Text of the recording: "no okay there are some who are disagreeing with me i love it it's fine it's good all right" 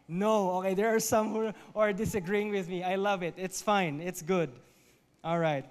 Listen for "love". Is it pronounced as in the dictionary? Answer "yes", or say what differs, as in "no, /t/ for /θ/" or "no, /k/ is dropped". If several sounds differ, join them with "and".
yes